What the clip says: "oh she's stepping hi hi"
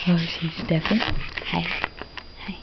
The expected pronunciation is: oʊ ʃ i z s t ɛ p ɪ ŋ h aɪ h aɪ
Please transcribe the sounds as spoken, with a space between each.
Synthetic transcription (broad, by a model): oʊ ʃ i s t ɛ f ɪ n h aɪ h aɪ